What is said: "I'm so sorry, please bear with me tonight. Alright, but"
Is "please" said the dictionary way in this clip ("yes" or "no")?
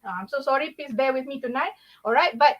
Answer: no